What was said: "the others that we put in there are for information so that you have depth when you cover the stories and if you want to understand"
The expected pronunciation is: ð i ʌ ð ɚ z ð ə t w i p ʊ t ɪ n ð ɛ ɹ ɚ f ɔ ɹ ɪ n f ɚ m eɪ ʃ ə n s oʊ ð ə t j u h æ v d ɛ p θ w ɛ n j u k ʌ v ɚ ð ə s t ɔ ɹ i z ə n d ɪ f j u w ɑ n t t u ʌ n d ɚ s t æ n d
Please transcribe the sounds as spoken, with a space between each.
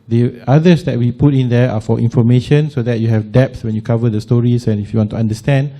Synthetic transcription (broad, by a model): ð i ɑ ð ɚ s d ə t w i p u t ɪ n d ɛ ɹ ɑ f ɔ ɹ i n f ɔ m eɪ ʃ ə n s oʊ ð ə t j u h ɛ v d ɛ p s w ɛ n j u k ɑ v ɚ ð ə s t ɔ ɹ i s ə n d ɪ f j u w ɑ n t t u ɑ n d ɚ s t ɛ n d